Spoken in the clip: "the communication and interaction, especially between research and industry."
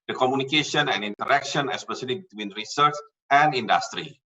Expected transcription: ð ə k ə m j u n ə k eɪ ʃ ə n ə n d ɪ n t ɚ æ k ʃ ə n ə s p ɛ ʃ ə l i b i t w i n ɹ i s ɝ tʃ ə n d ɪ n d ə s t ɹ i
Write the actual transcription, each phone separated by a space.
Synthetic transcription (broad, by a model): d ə k ə m j u n ə k eɪ ʃ ə n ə n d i n t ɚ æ k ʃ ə n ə s p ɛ s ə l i b i t w i n ɹ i s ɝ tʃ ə n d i n d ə s t ɹ i